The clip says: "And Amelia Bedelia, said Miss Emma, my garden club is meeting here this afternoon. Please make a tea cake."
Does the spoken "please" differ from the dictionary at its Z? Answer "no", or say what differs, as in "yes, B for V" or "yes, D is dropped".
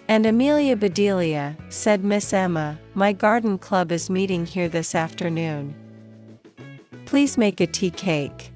no